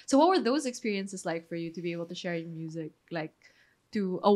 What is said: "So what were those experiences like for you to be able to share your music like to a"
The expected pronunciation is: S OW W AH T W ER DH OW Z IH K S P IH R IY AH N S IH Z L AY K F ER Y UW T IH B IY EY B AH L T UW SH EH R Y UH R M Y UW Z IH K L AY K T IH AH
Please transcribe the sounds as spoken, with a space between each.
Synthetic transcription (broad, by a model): S OW W AH T W ER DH OW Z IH K S P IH R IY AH N S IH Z L AY K F ER Y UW T IH B IY EY B AH L T UW SH EH R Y M Y UW Z IH K L AY K T IH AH